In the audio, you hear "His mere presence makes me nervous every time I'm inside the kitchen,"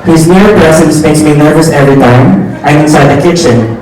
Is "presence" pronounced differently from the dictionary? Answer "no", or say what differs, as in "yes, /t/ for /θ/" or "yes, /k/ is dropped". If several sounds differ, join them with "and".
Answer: yes, /s/ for /z/